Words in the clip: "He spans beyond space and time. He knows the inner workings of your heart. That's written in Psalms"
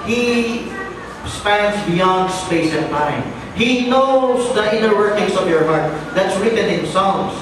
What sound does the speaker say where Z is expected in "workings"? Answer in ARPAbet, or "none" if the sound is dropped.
S